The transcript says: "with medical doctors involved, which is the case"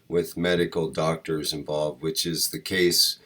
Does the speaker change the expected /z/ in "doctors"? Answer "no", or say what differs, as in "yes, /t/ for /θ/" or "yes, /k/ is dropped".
no